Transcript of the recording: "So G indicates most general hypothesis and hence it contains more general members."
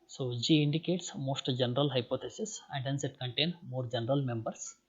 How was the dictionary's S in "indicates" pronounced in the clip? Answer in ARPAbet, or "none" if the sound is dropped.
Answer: S